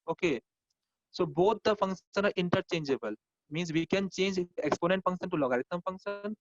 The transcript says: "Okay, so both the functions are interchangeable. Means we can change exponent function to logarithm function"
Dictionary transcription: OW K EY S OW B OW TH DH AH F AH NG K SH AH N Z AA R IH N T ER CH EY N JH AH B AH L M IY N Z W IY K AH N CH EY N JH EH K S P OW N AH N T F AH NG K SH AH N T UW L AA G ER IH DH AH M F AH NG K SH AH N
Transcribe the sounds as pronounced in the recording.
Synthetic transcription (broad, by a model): OW K EY S OW B OW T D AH F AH NG K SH AH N AA R IH N T ER CH EY N JH AH B AH L M IY N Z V IY K AH N CH EY N JH EH K S P OW N AH N T F AH NG K SH AH N T UW L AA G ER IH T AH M F AH NG K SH AH N